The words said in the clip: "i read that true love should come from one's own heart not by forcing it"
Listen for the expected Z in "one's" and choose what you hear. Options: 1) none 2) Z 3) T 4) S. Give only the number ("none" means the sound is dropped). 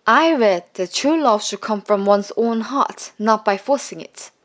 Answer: 4